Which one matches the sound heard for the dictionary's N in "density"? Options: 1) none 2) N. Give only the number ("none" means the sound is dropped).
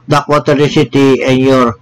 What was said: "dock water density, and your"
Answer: 1